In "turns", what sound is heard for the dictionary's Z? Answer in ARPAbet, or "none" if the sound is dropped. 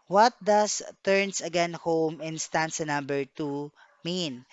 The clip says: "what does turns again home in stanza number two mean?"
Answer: S